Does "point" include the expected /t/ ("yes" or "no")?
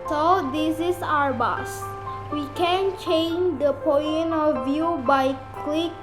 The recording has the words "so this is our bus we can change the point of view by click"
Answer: no